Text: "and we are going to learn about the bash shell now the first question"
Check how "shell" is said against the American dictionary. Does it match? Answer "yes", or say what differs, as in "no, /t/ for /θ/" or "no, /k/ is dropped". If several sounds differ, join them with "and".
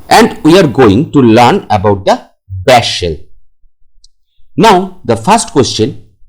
yes